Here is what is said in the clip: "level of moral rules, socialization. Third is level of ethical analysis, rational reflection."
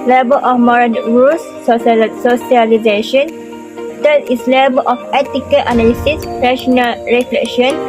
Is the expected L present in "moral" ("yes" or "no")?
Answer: no